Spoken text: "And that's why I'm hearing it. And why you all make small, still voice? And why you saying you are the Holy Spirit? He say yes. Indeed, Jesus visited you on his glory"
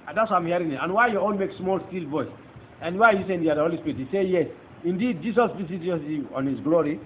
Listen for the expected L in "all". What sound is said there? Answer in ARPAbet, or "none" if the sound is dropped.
N